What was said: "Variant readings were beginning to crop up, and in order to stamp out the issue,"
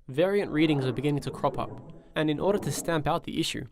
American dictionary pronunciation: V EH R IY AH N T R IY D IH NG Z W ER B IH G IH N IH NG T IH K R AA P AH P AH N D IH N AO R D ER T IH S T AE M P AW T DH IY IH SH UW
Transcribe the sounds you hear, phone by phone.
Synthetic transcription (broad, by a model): V EH R IY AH N T R IY D IH NG Z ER B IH G IH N IH NG T IH K R AA P AH P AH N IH N AO R D ER T IH S T AE M P AW T DH IY IH SH UW